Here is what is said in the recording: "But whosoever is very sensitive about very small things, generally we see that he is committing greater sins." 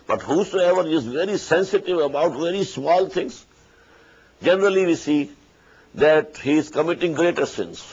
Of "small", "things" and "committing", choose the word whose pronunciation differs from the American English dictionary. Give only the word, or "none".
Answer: things